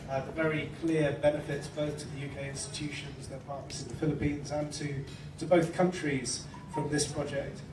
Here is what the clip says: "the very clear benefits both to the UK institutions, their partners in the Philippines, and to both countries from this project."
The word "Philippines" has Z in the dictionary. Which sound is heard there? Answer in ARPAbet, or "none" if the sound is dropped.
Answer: Z